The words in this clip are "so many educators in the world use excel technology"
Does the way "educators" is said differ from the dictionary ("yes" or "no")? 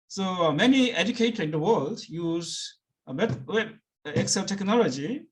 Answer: yes